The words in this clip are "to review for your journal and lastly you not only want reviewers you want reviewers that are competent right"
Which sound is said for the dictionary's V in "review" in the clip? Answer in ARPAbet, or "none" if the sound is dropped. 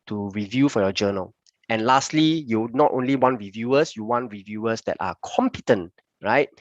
V